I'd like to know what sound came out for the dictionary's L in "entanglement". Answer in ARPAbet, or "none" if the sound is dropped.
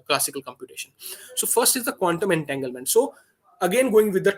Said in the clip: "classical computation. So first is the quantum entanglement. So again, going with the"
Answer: L